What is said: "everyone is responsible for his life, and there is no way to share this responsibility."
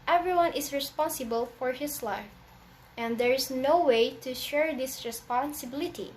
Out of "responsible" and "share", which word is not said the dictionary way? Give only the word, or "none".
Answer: none